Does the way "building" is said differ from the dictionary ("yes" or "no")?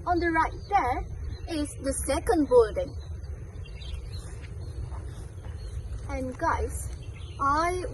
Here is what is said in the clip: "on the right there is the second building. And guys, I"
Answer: no